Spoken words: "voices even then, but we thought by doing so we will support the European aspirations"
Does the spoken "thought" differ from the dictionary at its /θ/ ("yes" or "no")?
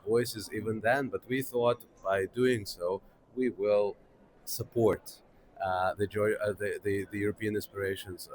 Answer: no